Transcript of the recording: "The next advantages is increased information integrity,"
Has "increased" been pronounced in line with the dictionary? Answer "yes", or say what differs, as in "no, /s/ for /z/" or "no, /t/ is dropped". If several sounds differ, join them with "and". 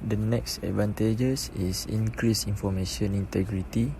no, /t/ is dropped